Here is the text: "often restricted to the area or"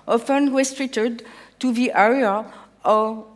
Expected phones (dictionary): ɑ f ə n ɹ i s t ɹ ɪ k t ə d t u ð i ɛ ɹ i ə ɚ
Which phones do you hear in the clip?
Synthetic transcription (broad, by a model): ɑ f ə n w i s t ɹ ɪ t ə d t u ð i ɛ ɹ i ə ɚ